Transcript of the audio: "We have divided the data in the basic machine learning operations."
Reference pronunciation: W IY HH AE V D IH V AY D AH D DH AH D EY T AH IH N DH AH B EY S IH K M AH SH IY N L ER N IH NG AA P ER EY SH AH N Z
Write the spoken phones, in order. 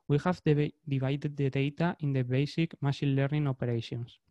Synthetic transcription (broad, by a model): W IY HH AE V D IH V AY D AH D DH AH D EY T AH IH N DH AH B EY S IH K M AH SH IY N L ER N IH NG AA P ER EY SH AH N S